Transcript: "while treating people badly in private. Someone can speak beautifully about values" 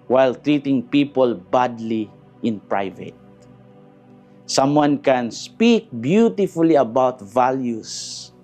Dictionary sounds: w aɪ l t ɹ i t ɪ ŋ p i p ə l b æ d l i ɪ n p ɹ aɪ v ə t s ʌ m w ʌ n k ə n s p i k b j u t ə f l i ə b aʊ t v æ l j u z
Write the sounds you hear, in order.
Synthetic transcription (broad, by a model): w aɪ l t ɹ i t ɪ ŋ p i p ə l b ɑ d l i ɪ n p ɹ aɪ v ə t s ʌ m w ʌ n k ə n s p i k b j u t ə f l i ə b aʊ t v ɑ l j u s